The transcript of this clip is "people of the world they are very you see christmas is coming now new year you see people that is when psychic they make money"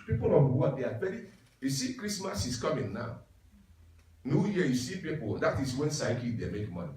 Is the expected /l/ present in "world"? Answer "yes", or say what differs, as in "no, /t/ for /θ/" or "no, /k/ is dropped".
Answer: no, /l/ is dropped